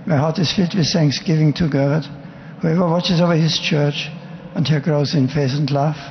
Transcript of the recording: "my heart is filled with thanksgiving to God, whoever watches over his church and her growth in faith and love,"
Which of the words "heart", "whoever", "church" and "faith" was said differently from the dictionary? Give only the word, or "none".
faith